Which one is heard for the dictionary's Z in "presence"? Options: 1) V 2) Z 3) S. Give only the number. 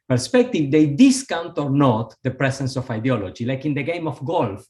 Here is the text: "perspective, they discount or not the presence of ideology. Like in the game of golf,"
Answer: 3